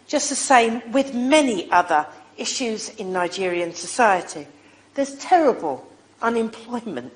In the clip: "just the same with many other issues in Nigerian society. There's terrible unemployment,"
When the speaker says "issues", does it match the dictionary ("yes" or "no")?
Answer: yes